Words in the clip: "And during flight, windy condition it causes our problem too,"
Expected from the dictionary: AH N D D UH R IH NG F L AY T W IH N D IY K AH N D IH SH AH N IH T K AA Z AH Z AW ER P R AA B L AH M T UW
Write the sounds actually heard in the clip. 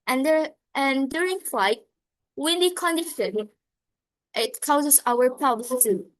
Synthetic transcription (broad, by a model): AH N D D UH R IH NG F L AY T W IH N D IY K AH N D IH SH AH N IH T K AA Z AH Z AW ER P AA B L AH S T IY